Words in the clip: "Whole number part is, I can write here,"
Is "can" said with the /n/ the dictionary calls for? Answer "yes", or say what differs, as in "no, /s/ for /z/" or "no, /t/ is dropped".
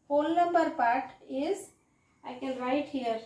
no, /l/ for /n/